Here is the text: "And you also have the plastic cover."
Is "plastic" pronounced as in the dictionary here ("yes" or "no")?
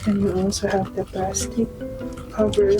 no